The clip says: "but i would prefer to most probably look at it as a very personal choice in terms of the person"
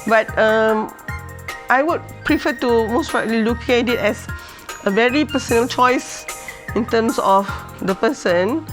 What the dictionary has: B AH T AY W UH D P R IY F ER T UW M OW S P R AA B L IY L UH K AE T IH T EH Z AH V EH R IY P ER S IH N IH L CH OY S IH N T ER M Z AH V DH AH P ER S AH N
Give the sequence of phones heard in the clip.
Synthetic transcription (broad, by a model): B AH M AY W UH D P R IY F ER T UW M OW S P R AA L IY L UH K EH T IH T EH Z AH V EH R IY P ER S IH N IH L CH OY S IH N T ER M S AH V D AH P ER S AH N